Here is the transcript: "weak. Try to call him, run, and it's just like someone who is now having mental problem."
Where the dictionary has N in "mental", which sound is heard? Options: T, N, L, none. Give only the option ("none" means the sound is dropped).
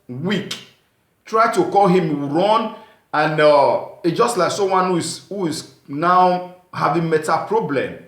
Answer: none